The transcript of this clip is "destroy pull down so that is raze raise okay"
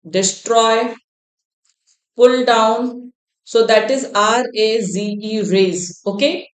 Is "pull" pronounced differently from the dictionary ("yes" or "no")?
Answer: no